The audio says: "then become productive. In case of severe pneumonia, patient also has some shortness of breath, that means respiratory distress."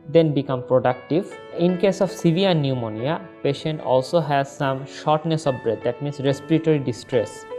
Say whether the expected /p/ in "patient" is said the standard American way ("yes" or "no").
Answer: yes